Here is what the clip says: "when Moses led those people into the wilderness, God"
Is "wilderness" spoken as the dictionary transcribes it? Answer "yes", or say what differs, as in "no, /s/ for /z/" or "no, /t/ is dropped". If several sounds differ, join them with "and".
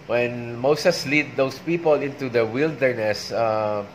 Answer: yes